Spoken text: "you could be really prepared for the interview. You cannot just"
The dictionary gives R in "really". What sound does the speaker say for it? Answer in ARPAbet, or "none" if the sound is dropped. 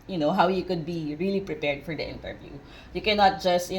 R